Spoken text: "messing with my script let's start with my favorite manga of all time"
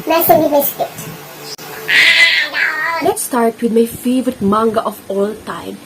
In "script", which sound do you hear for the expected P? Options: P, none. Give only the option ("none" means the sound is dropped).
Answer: none